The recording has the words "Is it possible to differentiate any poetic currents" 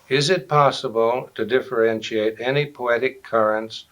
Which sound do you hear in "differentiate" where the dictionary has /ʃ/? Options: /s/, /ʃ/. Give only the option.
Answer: /ʃ/